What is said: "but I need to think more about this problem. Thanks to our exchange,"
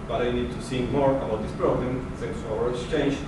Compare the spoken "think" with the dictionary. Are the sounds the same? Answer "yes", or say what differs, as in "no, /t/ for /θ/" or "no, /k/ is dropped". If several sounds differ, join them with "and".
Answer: no, /s/ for /θ/